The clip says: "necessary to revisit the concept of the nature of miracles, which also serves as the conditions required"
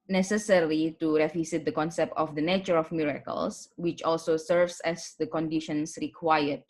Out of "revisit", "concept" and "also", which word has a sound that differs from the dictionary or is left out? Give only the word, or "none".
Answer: revisit